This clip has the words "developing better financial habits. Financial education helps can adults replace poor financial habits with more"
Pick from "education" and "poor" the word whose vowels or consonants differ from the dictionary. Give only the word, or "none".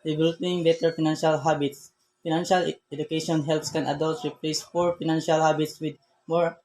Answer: poor